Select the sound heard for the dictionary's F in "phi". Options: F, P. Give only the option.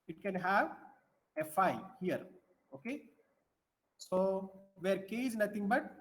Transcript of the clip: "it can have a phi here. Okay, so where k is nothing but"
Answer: F